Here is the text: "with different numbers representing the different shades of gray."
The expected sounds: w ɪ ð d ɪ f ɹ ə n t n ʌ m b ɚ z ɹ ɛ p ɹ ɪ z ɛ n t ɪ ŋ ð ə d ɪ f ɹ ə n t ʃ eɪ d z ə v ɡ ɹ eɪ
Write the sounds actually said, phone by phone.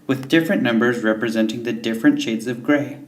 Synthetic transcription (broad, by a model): w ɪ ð d ɪ f ɹ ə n n ʌ m b ɚ z ɹ ɛ p ɹ ɪ z ɛ n t ɪ ŋ ð ə d ɪ f ɹ ə n t ʃ eɪ d z ə v ɡ ɹ eɪ